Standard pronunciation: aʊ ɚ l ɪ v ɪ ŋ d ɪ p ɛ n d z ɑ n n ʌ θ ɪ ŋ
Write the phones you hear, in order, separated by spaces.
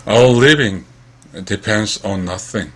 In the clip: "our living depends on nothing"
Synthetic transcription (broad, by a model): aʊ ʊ l ɪ v ɪ ŋ d ɪ p ɛ n d z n n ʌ θ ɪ ŋ